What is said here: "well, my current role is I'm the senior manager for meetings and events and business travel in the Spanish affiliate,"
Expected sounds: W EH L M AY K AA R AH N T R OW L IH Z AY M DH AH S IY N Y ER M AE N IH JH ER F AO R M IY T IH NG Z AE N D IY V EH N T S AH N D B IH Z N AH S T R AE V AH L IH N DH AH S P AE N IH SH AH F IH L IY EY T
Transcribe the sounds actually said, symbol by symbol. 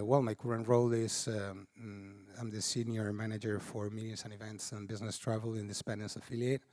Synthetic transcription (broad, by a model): W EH L M AY K AA R AH N T R OW L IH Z AY M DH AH S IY N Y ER M AE N IH JH ER F AO R M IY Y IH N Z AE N IY V EH N T S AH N B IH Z N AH S T R AE V AH L IH N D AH S P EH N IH S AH F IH L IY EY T